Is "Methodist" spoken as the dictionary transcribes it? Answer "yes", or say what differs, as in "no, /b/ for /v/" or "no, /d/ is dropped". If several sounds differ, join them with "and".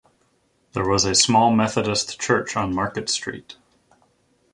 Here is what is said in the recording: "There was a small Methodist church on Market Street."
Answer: yes